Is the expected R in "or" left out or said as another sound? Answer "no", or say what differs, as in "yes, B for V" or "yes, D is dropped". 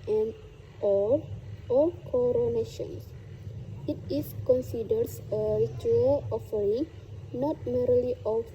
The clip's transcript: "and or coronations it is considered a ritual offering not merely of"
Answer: yes, L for R